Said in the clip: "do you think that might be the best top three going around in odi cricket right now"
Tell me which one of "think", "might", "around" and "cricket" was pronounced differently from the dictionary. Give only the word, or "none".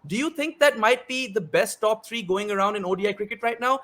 think